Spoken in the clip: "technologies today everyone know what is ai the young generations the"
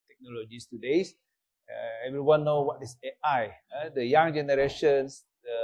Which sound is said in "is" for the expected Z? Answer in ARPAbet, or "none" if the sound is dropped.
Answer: S